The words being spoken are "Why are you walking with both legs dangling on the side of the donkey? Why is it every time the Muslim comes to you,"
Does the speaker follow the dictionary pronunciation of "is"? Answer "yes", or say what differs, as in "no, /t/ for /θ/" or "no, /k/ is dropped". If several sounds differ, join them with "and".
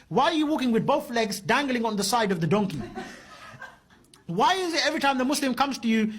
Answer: yes